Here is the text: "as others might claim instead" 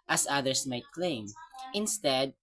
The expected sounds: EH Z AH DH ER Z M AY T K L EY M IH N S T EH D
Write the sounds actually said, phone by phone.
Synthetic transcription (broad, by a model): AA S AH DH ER S M AY T K L EY M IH N S T EH D